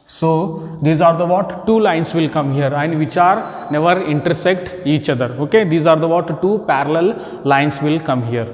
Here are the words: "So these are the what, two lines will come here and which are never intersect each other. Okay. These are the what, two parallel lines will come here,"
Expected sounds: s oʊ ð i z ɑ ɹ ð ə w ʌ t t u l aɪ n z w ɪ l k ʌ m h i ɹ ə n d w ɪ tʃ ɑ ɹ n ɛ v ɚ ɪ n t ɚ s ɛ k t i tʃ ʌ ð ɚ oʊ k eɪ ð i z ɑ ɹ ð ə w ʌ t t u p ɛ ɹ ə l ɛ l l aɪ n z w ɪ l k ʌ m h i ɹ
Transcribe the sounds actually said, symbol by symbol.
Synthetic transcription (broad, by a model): s oʊ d i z ɑ ɹ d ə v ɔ t t u l aɪ n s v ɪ l k ʌ m h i ɹ ə n d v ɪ tʃ ɑ ɹ n ɛ v ɚ ɪ n t ɚ s ɛ k t i tʃ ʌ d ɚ oʊ k eɪ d i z ɑ ɹ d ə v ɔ t t u p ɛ ɹ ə l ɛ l l aɪ n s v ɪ l k ʌ m h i ɹ